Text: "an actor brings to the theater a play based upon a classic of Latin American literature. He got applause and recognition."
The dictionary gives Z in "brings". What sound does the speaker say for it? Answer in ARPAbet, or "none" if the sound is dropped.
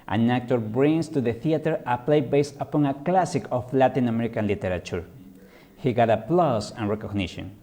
S